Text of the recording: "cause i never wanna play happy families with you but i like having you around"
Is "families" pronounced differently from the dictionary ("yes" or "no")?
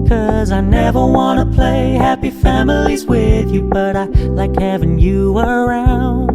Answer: no